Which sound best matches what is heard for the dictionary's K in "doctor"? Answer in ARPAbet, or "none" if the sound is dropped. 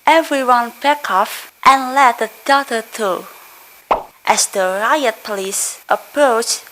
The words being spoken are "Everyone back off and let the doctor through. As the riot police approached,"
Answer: none